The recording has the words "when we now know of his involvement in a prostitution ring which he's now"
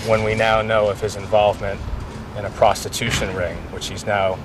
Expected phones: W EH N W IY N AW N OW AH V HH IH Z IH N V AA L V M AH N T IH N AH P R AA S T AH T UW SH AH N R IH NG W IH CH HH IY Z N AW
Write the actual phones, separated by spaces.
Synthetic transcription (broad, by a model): W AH N W IY N AW N OW AH V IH Z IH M V AA L V M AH N T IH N AH P R AA S T AH T UW SH AH N R IH NG W IH CH HH IY Z N AW